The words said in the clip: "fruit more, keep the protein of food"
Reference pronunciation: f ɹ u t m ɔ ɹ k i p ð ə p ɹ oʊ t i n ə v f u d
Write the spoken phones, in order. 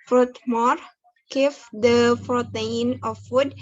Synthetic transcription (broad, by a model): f ɹ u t m ɔ ɹ k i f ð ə f ɹ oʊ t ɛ n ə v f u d